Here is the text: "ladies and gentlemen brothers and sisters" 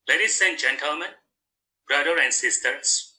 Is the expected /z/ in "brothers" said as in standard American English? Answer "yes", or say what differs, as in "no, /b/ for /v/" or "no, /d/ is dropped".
no, /z/ is dropped